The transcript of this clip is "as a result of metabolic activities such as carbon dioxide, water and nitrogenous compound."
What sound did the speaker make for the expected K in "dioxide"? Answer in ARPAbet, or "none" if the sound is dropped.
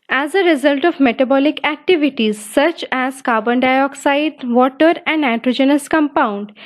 K